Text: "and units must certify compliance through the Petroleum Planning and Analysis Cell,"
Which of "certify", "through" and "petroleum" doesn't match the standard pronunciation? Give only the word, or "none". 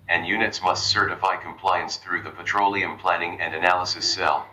none